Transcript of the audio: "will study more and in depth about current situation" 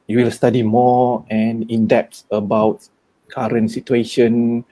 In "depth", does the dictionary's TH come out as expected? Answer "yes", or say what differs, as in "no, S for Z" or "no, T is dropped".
no, S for TH